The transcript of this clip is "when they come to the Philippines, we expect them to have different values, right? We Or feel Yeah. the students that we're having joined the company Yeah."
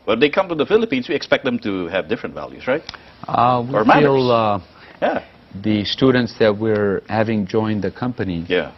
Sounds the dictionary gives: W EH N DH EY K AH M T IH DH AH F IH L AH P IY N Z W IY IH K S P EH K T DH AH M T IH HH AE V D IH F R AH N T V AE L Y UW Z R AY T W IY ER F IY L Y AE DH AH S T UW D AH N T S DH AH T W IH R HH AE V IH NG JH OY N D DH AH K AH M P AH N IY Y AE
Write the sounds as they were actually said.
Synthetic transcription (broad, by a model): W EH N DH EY K AH M T IH DH AH F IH L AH P IY N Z W IY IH K S P EH K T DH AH M T IH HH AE V D IH F R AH N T V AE L Y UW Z R AY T W IY ER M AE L Y AE DH AH S T UW D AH N T S DH AH T W IH R HH AE V IH NG JH OY N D DH AH K AH M P AH N IY Y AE